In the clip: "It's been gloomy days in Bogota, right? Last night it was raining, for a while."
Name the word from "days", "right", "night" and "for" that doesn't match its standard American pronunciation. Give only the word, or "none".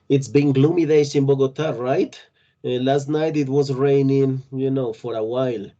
days